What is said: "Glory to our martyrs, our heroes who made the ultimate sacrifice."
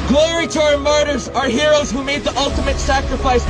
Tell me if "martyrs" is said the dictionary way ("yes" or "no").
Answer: yes